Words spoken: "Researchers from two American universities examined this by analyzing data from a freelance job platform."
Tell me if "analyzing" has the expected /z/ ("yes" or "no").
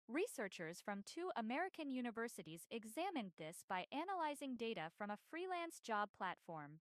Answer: yes